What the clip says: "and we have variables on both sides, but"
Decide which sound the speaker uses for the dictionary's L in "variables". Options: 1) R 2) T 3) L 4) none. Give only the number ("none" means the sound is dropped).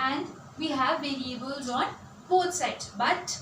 3